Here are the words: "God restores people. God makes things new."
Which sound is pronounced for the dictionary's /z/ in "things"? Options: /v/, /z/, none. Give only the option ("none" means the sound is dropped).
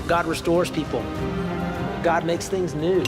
/z/